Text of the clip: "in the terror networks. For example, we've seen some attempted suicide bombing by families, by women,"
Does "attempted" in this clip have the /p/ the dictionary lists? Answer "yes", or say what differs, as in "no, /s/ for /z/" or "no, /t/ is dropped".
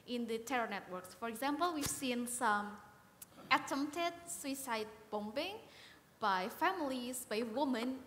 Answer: no, /p/ is dropped